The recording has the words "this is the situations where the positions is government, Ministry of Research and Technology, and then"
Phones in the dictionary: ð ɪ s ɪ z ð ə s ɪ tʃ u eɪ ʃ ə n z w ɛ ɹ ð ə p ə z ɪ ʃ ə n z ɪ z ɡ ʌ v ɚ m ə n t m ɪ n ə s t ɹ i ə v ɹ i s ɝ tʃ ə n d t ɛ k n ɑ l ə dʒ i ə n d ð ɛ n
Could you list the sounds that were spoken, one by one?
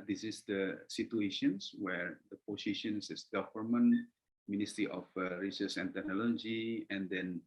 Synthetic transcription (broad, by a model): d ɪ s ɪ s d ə s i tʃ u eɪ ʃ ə n s w ɛ ɹ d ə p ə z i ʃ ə n s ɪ s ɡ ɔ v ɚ m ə n m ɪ n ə s t ɹ i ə f ɹ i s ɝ s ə n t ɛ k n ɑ l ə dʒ i ə n d ɛ n